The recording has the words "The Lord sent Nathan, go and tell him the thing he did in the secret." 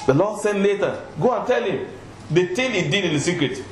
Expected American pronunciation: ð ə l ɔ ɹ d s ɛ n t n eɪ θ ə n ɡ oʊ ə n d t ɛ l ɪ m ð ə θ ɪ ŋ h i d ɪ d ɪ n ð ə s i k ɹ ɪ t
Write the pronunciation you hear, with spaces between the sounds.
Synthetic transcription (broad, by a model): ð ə l ɔ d s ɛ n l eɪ t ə ɡ oʊ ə n t ɛ l ɪ m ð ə t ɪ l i d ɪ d ɪ n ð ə s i k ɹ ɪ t